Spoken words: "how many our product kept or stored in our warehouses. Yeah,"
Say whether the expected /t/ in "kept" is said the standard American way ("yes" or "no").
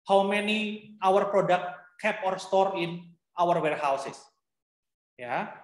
no